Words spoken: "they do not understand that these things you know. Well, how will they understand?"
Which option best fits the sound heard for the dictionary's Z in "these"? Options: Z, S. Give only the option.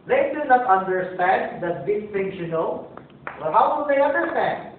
S